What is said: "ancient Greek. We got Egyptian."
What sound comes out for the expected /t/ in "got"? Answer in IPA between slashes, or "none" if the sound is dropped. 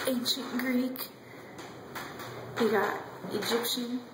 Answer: none